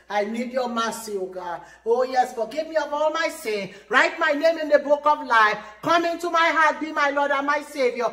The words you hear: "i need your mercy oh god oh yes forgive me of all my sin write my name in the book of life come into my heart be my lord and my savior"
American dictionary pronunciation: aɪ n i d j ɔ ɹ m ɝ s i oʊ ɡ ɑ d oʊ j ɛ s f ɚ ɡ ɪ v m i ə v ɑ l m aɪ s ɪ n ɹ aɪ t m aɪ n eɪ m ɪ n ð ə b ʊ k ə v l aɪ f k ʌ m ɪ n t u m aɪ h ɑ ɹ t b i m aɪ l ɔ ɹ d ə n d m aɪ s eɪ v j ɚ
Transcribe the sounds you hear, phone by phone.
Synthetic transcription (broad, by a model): aɪ n i d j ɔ m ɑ s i oʊ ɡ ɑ oʊ j ɛ s f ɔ ɡ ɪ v m i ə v ɑ l m aɪ s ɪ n ɹ aɪ t m aɪ n eɪ m ɪ n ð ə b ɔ k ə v l aɪ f k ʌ m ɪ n t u m aɪ h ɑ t b i m aɪ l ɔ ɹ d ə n m aɪ s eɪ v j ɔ